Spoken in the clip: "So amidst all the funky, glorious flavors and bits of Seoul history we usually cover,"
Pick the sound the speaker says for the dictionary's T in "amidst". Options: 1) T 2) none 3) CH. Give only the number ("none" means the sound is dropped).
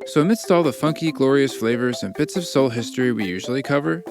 1